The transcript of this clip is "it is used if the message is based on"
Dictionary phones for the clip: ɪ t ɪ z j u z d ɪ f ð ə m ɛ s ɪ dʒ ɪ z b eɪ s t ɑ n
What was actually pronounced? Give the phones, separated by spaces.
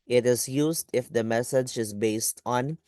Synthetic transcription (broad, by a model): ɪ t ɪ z j u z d ɪ f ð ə m ɛ s ɪ dʒ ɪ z b eɪ s t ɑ n